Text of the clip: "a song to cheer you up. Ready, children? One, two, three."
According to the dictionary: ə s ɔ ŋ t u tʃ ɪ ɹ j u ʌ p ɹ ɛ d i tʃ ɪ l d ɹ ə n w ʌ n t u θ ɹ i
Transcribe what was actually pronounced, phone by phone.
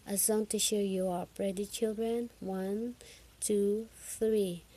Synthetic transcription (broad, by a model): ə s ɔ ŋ t u ʃ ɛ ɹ j u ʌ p ɹ ɛ d i tʃ ɪ l d ɹ ə n w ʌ n t u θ ɹ i